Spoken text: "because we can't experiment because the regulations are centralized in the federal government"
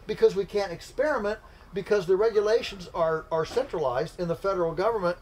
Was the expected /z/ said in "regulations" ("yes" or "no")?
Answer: yes